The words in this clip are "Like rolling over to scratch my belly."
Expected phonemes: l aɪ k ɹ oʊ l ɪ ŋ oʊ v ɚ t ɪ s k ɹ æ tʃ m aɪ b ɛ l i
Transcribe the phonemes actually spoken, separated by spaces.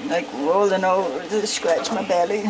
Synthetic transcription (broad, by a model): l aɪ k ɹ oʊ l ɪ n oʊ ʊ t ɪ s k ɹ æ tʃ m aɪ b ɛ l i